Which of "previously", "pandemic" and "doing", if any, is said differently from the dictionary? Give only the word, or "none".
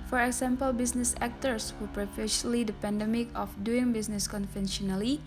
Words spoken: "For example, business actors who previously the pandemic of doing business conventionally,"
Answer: previously